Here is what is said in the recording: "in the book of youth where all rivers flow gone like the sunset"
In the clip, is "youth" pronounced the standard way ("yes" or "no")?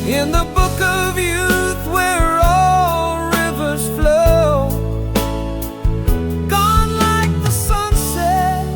yes